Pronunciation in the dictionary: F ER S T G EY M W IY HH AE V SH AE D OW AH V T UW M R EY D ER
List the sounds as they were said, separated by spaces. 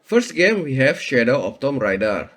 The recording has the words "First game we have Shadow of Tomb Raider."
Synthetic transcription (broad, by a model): F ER S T G EY M W IY HH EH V SH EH D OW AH P T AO M R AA D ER